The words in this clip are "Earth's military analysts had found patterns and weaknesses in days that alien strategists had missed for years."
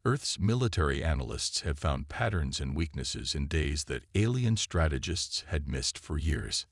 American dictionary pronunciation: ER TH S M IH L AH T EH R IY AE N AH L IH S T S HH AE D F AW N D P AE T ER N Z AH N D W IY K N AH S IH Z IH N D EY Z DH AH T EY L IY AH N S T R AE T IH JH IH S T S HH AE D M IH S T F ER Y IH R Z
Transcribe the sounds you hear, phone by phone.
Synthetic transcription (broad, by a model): ER TH S M IH L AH T EH R IY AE N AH L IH S T S HH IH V F AW N D P AE T ER N Z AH N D W IY K N AH S IH Z IH N D EY Z DH AH T EY L IY AH N S T R AE T IH JH IH S T S HH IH D M IH S T F ER Y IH R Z